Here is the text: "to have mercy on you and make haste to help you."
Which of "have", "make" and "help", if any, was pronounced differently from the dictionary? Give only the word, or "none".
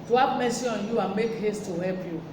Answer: have